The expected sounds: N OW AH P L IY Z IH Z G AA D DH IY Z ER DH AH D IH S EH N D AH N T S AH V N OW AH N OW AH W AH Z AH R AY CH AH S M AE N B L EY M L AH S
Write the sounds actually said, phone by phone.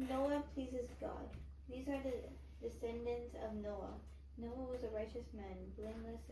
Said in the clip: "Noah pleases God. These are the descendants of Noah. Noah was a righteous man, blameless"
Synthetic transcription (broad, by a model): N OW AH P L IY Z IH Z G AA D DH IY Z ER DH AH D IH S EH N D AH N T S AH V N OW AH N OW AH W AH Z AH R AY CH AH S M AE N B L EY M L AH S